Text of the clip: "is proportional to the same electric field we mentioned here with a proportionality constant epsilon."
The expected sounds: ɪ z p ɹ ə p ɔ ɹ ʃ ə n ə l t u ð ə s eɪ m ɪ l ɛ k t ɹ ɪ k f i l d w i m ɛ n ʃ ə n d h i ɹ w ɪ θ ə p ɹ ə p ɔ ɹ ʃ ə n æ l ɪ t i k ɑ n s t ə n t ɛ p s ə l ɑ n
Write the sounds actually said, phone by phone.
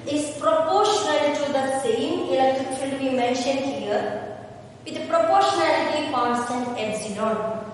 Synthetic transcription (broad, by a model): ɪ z p ɹ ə p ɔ ɹ ʃ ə n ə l t u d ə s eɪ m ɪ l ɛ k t ɪ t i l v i m ɛ n ʃ ə n d h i ɹ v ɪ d ə p ɹ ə p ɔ ɹ ʃ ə n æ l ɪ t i k ɑ n s t ə n t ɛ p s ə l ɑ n